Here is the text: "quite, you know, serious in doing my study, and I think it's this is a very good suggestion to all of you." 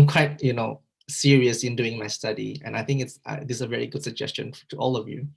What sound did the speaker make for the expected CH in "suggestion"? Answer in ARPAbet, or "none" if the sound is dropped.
CH